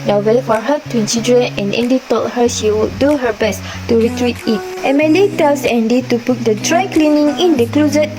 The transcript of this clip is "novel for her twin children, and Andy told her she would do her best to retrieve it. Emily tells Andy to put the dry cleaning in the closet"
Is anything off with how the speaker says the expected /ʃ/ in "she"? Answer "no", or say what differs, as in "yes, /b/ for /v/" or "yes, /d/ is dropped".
no